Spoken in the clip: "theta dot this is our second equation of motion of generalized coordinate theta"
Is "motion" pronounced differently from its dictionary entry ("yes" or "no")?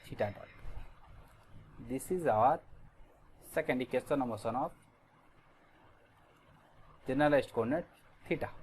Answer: yes